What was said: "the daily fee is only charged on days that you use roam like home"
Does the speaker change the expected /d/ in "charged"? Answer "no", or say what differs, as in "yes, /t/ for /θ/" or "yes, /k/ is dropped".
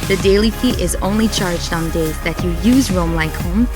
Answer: no